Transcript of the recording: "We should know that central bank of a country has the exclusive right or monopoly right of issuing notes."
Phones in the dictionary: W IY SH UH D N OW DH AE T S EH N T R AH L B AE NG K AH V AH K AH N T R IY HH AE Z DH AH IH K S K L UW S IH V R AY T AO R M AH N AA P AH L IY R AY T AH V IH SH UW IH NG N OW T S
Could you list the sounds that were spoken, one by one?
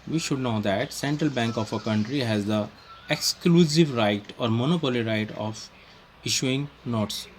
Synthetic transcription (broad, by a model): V IY SH UH D N OW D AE T S EH N T R AH L B AE NG K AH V AH K AH N T R IY HH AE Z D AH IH K S K L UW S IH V R AY T AO R M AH N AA P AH L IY R AY T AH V IH SH UW IH NG N OW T S